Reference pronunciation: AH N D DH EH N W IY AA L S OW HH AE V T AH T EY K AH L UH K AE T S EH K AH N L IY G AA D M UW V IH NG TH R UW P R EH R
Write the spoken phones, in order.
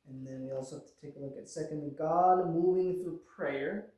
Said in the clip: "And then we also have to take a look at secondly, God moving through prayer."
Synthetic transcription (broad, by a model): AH N DH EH N W IY AA L S OW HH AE F T AH T EY K AH L UH K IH T S EH K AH N G AA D M UW V IH NG TH R UW P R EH R